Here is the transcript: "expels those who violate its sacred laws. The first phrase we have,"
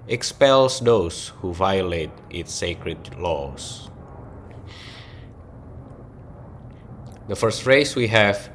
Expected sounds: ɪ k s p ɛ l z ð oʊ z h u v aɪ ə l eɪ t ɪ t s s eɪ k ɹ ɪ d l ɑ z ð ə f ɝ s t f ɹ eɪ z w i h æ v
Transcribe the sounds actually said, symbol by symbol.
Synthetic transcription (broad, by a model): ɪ k s p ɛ l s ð oʊ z h u v aɪ ə l eɪ t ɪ t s s eɪ k ɹ ɪ d l ɑ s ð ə f ɝ s t f ɹ eɪ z w i h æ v